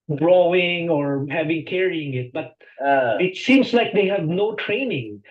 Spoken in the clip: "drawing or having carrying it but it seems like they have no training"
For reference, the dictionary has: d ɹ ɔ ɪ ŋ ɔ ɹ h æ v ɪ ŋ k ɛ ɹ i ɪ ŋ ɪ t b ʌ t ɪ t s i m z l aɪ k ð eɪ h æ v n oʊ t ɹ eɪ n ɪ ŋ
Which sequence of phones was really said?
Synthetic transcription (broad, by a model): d ɹ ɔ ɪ ŋ ɔ ɹ h æ v ɪ ŋ k ɛ ɹ i ɪ ŋ ɪ t b ʌ t ɪ t s i m s l aɪ k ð eɪ h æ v n oʊ t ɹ eɪ n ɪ ŋ